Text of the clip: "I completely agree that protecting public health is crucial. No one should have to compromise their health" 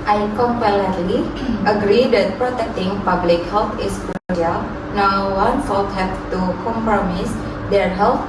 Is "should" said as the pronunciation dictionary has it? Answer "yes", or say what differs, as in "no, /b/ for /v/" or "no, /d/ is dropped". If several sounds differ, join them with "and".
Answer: no, /s/ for /ʃ/